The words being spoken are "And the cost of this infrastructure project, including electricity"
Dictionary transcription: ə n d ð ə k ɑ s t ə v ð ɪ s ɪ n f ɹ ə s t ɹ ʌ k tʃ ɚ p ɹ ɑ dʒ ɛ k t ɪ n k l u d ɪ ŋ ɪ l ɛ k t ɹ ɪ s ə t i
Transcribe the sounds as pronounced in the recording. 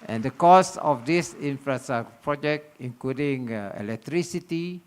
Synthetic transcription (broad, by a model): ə n d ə k ɑ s ə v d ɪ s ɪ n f ɹ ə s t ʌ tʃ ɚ p ɹ ɑ dʒ ɛ k t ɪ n k l u d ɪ ŋ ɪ l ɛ k t ɹ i s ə t i